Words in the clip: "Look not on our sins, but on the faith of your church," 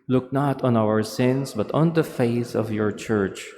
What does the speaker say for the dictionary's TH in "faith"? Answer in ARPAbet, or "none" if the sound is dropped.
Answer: S